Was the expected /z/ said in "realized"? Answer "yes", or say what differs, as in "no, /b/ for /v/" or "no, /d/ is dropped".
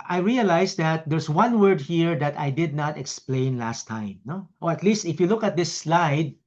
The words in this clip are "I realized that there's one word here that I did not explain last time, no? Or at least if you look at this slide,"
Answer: no, /s/ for /z/